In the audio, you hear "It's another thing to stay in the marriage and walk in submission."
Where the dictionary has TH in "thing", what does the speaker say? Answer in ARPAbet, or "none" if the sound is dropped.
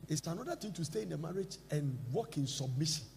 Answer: T